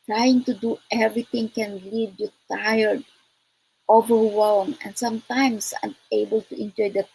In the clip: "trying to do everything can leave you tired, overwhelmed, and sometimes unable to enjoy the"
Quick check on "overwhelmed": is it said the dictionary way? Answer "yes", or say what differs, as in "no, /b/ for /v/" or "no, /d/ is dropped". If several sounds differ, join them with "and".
no, /d/ is dropped